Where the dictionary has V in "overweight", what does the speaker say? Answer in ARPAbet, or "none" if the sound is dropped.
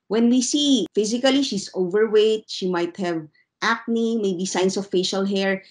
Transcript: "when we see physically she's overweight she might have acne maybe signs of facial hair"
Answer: V